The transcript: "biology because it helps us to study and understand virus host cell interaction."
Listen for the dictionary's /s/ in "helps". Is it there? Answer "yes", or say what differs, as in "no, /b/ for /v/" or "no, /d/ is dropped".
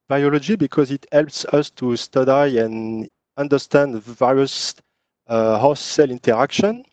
yes